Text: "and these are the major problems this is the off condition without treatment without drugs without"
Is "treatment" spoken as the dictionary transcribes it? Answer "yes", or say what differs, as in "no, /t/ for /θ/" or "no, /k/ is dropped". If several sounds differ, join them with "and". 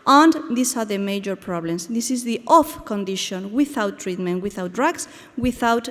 yes